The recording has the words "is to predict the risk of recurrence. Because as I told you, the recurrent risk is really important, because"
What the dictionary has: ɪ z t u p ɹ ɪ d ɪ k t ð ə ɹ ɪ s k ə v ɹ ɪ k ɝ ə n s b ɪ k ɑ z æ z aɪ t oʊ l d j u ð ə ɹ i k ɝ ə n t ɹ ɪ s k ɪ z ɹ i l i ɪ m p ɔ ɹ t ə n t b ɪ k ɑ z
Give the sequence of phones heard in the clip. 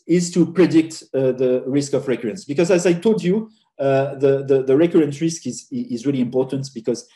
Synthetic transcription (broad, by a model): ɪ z t u p ɹ ɪ d ɪ k t ð ə ɹ ɪ s k ə v ɹ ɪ k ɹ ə n s b ɪ k ɑ z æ z aɪ t oʊ l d j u ð ə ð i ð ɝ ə n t ɹ ɪ s k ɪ z ɹ i l i ɪ m p ɔ ɹ t ə n t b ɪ k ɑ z